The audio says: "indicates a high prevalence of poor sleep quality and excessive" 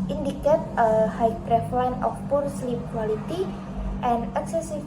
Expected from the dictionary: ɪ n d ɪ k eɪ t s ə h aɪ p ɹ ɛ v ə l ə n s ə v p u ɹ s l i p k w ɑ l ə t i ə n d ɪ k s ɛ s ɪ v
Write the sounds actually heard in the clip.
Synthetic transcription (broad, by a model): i n d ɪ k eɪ t ə h aɪ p ɹ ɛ f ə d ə n ə f p u ɹ s l i p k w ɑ l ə t i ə n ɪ k s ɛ s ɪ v